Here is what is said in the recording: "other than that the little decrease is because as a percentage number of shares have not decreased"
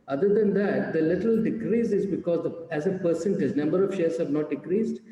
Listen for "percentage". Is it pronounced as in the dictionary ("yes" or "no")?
no